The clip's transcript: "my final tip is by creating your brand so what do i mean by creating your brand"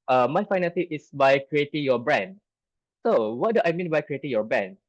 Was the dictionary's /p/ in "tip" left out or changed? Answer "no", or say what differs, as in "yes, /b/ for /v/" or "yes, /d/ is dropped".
yes, /p/ is dropped